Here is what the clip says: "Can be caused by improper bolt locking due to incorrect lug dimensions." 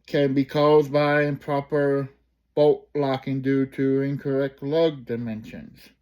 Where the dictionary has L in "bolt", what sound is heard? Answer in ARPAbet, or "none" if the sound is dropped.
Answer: none